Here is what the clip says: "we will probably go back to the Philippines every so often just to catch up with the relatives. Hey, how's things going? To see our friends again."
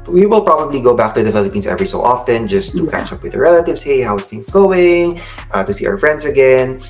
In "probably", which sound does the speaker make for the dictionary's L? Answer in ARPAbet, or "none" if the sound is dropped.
L